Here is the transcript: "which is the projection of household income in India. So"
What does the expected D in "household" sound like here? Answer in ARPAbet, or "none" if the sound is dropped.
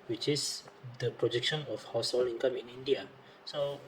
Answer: none